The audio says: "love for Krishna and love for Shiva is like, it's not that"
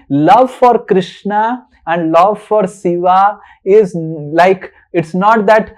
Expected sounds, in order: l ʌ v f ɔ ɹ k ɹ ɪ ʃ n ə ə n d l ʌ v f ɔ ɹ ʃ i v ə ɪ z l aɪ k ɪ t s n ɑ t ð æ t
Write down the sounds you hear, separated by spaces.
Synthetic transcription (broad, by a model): l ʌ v f ɔ ɹ k ɹ ɪ ʃ n ə ə n d l ʌ v f ɔ ɹ s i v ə ɪ z l aɪ k ɪ t s n ɑ t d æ t